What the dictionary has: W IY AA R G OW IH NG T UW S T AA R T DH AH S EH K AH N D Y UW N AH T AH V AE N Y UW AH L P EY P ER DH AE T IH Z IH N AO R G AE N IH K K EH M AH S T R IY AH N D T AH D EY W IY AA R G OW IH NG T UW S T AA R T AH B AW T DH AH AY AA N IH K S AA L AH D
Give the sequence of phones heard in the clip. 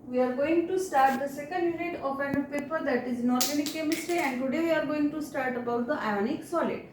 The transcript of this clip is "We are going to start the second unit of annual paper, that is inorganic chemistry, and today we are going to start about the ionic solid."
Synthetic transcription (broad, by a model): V IY AA R G OW IH NG T UW S T AA R T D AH S EH K AH N D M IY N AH T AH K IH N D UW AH P EY P ER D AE T IH Z N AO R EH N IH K K EH M AH S T R IY AH N D T AH D EY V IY AA R G OW IH NG T UW S T AA R T AH B AW T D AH AY AA N IH K S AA L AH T